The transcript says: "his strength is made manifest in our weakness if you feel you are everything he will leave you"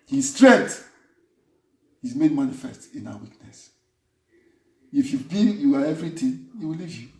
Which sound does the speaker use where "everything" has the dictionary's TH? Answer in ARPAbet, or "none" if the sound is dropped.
T